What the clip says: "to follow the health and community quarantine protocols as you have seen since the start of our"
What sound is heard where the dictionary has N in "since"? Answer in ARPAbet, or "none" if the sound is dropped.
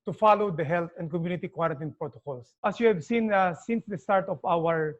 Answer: N